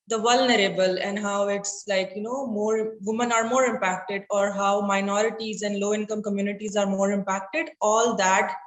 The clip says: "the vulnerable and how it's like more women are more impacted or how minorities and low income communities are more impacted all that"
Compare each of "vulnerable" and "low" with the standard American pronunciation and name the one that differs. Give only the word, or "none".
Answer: none